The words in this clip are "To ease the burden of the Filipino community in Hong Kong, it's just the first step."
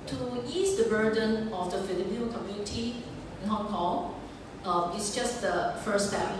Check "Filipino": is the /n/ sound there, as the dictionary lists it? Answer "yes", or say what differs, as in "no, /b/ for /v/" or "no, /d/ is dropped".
no, /n/ is dropped